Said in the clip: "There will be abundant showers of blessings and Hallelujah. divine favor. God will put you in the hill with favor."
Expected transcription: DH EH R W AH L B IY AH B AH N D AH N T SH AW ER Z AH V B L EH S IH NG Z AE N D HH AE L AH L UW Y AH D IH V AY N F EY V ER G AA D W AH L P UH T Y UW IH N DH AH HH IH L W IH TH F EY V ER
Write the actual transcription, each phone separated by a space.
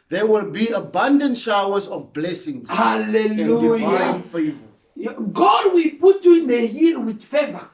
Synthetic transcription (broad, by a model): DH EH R W AH L B IY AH B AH N D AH N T SH AW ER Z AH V B L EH S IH NG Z HH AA L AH L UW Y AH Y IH AY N F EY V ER G AA D W AH L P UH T Y UW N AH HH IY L W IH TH F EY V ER